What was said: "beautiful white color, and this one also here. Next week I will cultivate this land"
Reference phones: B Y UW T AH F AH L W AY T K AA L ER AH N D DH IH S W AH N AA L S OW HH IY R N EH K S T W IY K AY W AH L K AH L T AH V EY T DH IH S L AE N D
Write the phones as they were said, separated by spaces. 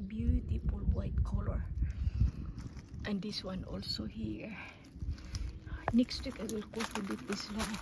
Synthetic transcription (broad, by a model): B Y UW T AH F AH L W AY T K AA L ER AH N D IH S W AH N AA L S OW HH IY R N EH K S T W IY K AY W AH L K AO T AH B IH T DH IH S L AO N